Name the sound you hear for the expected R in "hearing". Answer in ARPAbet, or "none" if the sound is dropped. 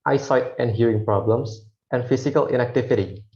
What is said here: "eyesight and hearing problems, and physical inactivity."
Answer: R